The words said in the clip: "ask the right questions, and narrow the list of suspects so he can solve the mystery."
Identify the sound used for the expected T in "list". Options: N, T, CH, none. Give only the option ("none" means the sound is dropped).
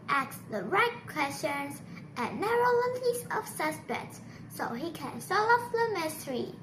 none